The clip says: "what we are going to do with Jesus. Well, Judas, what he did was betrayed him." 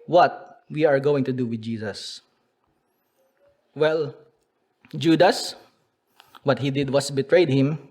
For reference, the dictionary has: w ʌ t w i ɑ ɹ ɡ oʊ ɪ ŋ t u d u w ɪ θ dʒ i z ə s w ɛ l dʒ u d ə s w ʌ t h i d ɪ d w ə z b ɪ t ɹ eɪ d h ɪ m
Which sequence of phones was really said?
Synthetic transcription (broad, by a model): w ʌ t w i ɑ ɹ ɡ oʊ ɪ ŋ t u d u w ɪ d dʒ i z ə s w ɛ l dʒ u d ə s w ʌ t h i d ɪ d w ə s b ɪ t ɹ eɪ d h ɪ m